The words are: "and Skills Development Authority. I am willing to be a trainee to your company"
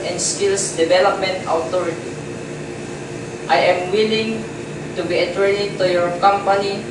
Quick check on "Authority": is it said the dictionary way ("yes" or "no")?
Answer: no